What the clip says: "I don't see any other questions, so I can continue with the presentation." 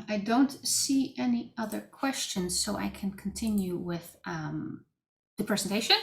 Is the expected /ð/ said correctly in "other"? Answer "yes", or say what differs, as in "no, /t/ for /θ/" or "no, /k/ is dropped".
yes